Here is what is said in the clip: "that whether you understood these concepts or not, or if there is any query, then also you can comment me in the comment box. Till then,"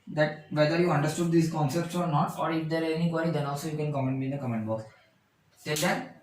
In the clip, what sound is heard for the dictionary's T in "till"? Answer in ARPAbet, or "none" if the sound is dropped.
S